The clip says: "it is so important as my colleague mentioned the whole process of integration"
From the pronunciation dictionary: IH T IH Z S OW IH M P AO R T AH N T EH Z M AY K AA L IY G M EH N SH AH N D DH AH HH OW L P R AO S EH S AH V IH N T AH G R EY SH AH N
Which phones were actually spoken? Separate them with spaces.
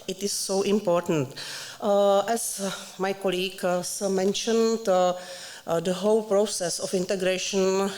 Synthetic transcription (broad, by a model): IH T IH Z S OW IH M P AO R T AH N T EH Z M AY K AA L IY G M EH N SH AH N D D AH HH OW L P R AO S EH S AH F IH N T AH G R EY SH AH N